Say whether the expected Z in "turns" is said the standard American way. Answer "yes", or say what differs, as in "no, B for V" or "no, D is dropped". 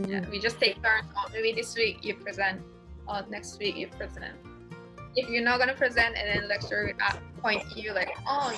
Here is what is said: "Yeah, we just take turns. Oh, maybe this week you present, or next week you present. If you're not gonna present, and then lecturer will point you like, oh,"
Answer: no, Z is dropped